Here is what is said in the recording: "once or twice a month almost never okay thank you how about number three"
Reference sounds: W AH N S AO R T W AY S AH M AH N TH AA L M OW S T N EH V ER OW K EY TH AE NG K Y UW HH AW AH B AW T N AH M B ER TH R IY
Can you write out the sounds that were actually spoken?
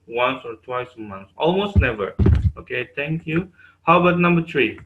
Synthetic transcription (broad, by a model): W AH N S AO R T W AY S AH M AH N S AA L M OW S T N EH V ER OW K EY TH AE NG K Y UW HH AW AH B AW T N AH M B ER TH R IY